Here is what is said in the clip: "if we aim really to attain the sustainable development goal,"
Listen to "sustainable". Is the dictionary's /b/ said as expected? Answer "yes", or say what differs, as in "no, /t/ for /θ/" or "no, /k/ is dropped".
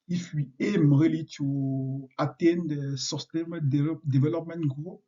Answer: no, /b/ is dropped